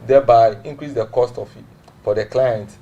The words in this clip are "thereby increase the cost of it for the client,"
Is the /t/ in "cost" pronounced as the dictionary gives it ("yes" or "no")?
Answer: yes